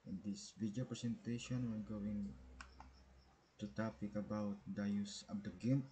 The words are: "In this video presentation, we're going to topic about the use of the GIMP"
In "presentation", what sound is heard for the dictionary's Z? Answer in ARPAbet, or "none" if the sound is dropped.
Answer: S